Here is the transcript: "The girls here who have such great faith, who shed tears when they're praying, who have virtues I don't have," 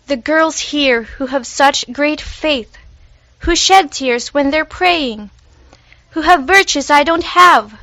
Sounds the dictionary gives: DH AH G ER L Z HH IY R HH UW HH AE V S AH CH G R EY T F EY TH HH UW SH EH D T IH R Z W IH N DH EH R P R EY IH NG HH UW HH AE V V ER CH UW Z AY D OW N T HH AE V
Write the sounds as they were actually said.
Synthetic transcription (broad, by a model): DH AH G ER L Z HH IY R HH UW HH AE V S AH CH G R EY T F EY TH HH UW SH EH D T IH R Z W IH N DH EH R P R EY IH NG HH UW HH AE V V ER CH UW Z AY D OW N T HH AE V